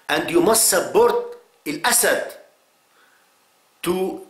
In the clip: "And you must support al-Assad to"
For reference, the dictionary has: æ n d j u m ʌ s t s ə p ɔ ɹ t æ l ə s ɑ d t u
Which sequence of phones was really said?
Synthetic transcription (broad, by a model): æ n d j u m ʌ s t s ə b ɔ ɹ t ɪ l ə s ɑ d t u